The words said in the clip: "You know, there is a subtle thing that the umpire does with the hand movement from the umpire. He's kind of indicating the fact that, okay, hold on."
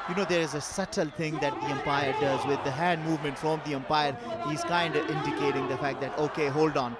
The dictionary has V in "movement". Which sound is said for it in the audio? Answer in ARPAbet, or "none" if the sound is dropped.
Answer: V